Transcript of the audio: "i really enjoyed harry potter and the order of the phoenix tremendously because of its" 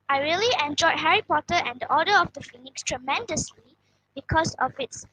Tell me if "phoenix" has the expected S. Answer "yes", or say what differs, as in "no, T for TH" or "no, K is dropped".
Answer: yes